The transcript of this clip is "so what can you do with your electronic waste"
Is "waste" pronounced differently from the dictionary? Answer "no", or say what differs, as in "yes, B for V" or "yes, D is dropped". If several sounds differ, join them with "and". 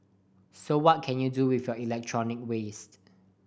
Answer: no